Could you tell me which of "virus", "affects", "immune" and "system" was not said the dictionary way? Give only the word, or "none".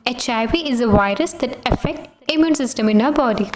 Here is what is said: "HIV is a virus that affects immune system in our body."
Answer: affects